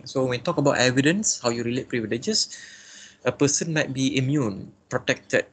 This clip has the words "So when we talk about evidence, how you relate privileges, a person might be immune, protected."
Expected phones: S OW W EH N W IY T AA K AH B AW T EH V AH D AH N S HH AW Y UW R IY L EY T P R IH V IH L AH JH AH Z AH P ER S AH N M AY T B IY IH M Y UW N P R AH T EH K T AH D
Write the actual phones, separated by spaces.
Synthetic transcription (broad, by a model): S OW W EH N T AA K AH B AW T EH V AH D AH N S HH AW Y UW R IY L EY T P R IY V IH L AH JH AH S AH P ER S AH N M AY T B IY IH M Y UW N P R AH T EH K T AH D